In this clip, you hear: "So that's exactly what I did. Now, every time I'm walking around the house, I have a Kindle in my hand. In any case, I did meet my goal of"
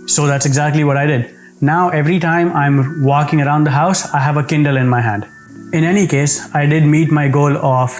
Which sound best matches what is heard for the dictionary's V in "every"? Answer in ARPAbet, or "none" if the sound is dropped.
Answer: V